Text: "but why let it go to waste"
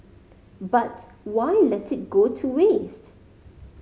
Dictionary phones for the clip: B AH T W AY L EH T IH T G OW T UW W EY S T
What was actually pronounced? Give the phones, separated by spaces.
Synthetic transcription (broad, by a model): B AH T W AY L EH T IH T G OW T UW W EY S T